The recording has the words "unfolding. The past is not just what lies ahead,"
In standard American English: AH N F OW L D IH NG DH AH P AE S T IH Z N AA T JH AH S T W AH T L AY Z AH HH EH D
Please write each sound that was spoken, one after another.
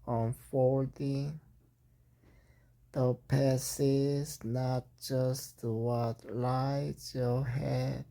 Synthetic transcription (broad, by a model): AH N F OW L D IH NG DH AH P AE S IH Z N AA T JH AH S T W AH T L AY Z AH HH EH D